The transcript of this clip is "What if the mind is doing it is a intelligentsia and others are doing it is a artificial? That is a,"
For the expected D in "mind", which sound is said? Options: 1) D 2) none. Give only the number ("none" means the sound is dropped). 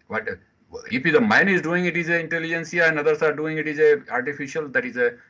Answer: 2